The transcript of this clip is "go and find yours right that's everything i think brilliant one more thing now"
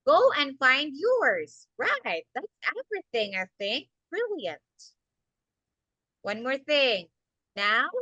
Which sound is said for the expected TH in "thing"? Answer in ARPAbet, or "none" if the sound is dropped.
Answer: TH